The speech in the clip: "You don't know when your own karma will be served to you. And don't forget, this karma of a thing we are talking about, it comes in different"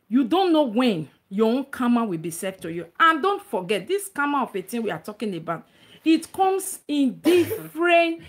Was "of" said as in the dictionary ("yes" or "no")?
no